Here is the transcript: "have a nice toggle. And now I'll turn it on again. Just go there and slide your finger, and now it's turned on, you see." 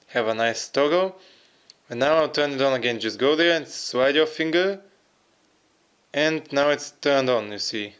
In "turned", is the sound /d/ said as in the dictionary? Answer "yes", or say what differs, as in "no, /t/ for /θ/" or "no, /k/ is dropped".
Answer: yes